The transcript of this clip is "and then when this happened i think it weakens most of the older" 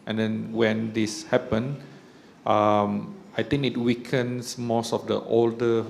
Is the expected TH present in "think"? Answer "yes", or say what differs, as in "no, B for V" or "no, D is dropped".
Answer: no, T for TH